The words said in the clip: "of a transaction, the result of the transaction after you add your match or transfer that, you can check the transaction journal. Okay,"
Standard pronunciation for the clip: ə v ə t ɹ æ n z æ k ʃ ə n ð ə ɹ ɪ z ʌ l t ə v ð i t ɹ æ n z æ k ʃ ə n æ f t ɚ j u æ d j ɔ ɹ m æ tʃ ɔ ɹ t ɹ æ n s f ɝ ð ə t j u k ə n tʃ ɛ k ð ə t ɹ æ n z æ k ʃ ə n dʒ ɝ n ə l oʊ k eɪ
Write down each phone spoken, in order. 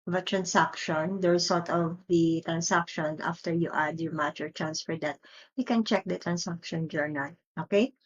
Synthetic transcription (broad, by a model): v ə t ɹ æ n s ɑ k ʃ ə n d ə ɹ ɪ s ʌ l t ə v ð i t ɹ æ n s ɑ k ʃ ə n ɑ f t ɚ j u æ d j ɔ ɹ m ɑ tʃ ɔ ɹ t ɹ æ n s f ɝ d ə t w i k ə n tʃ ɛ k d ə t ɹ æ n s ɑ k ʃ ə n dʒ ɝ n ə l oʊ k eɪ